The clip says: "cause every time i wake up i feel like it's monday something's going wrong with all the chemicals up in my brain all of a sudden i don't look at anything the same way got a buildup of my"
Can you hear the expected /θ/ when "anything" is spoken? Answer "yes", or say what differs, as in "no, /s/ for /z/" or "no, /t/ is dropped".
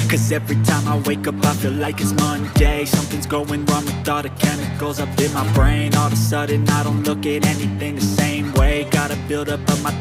yes